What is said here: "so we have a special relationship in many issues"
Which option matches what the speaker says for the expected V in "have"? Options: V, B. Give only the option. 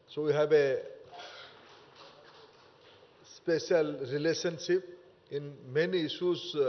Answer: B